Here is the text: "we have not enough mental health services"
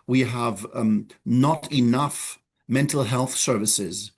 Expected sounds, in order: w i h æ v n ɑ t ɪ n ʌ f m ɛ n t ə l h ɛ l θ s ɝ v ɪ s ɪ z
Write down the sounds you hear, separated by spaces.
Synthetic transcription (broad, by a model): w i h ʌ v n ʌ t ɪ n ʌ f m ɛ n t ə l h ɛ l θ s ɝ v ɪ s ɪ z